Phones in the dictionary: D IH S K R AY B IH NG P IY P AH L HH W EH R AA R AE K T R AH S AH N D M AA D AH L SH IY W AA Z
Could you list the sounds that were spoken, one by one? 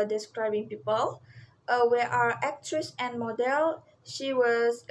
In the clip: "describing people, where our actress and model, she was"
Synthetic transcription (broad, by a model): D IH S K R AY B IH NG P IY P AH L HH W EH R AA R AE K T R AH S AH N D M AA D AH L SH IY W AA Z